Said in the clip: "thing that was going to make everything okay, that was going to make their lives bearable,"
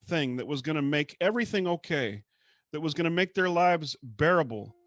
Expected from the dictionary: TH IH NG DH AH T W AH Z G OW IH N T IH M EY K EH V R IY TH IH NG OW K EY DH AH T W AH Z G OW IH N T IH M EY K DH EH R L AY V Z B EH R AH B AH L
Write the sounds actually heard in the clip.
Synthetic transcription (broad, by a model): TH IH NG DH AH T W AH Z G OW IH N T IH M EY K EH V R IY TH IH NG OW K EY DH AH T W AH Z G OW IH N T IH M EY K DH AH R L AY V Z B EH R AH B L